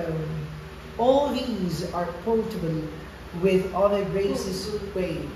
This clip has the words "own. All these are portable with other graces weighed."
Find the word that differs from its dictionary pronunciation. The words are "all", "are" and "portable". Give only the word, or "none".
portable